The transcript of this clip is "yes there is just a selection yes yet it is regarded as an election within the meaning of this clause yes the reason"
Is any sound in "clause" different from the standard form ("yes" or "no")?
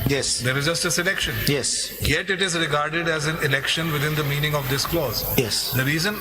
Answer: no